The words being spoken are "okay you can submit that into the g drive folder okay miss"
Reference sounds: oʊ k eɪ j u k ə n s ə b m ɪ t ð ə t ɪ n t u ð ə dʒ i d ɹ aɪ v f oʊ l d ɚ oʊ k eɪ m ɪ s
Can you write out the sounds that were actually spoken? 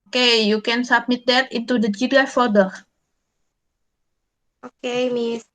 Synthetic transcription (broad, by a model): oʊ k eɪ j u k ə n s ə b m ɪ t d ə t ɪ n t u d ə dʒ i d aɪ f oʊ d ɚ oʊ k eɪ m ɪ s